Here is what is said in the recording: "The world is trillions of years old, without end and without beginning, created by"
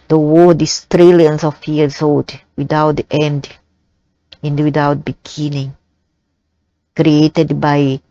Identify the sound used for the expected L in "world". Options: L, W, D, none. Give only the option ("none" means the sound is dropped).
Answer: none